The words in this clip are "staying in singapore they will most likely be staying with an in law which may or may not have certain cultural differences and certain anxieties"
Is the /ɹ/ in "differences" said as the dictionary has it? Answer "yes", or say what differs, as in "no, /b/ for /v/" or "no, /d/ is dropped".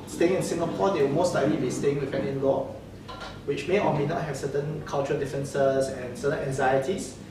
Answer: no, /ɹ/ is dropped